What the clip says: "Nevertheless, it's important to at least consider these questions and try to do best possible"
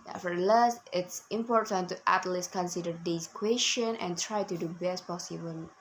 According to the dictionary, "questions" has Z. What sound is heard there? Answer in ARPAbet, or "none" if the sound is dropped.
none